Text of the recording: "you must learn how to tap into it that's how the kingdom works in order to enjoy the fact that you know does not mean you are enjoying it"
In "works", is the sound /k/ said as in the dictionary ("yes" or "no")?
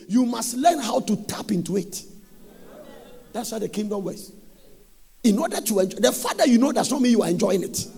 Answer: no